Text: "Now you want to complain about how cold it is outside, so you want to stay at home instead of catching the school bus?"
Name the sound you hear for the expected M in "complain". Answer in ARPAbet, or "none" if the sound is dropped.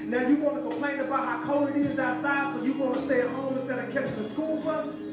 M